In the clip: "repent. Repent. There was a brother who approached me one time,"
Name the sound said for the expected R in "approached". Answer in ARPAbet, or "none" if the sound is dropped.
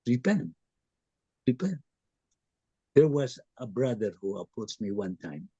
none